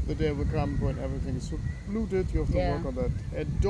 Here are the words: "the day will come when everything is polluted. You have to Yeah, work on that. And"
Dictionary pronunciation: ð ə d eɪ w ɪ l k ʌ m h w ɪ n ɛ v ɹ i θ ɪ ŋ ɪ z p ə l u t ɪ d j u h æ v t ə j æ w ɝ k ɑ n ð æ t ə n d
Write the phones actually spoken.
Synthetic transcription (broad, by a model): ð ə d eɪ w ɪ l k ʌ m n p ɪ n ɛ v ɹ i θ ɪ ŋ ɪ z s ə l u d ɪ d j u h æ f t ə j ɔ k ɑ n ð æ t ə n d